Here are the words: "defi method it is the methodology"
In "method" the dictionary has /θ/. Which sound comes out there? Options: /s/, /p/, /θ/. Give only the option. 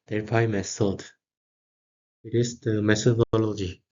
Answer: /s/